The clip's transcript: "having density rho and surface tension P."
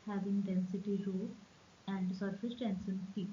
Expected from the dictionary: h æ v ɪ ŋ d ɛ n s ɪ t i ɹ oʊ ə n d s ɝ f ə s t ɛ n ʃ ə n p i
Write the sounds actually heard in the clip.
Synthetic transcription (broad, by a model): h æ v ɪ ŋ d ɛ n s ɪ t i ɹ oʊ ə n d s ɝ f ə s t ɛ n s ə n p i